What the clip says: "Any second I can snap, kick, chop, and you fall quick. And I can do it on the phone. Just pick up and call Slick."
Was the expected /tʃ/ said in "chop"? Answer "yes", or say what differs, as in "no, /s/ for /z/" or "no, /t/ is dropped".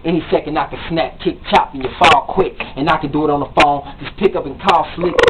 yes